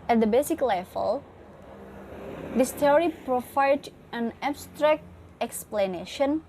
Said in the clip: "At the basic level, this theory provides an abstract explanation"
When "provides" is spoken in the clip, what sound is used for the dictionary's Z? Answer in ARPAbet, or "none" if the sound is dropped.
none